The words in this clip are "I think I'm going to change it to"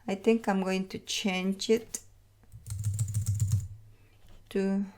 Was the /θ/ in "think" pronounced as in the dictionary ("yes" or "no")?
no